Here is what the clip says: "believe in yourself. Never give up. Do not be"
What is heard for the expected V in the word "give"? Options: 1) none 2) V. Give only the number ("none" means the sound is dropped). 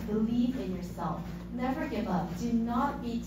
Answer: 2